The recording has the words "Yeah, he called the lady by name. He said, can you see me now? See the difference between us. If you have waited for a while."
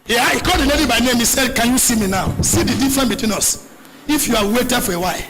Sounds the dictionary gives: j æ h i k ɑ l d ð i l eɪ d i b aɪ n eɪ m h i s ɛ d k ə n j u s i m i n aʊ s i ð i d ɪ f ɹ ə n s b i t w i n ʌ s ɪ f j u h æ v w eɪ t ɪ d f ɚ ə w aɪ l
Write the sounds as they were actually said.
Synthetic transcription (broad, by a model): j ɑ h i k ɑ d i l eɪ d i b aɪ n eɪ m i s ɛ d k ə n j u s i m i n aʊ s i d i d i f ɹ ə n b i t w i n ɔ s ɪ f j u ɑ w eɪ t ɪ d f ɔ ə w aɪ